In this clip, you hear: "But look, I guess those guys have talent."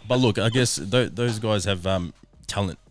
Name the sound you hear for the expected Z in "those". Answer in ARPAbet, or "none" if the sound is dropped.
Z